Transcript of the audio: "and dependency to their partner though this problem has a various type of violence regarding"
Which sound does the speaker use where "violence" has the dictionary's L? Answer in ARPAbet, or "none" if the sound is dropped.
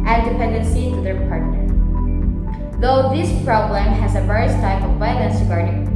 N